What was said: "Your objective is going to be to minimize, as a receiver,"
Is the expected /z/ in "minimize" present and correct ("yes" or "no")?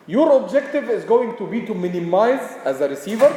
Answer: yes